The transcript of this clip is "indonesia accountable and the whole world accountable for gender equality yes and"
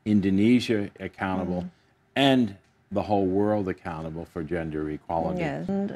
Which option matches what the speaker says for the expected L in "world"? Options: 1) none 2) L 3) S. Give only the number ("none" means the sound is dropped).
2